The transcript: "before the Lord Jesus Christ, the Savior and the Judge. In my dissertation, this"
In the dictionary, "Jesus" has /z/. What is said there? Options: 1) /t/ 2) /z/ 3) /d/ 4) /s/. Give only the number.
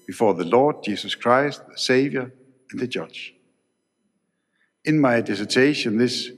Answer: 4